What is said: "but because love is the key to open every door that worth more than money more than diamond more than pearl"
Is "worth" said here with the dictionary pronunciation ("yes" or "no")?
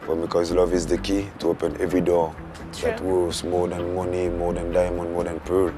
no